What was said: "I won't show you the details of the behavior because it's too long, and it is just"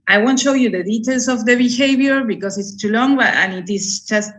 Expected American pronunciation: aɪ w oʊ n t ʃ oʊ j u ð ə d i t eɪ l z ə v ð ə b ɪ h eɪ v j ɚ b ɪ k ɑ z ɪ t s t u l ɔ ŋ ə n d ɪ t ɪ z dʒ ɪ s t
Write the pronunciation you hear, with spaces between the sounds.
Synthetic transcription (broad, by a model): aɪ w oʊ n t ʃ oʊ j u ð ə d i t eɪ l s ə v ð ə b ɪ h eɪ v j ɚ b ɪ k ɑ s ɪ t s t u l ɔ ŋ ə n ɪ t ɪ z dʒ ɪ s t